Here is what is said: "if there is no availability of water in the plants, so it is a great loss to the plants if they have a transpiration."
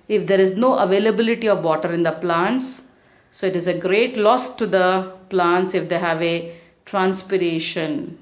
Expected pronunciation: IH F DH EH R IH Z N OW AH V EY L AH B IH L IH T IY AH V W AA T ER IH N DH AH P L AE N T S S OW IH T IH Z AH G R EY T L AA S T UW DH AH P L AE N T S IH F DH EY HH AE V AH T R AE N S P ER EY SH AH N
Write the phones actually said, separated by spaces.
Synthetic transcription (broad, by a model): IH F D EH R IH Z N OW AH V EY L AH B IH L IH T IY AH V AA T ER IH N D AH P L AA N T S S OW IH T IH Z AH G R EY T L AA S T UW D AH P L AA N T S IH F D EY HH AE V AH T R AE N S P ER EY SH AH N